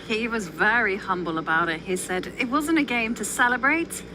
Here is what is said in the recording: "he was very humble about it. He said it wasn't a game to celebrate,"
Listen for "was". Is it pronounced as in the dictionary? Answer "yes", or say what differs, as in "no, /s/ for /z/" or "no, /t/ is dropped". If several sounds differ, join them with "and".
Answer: yes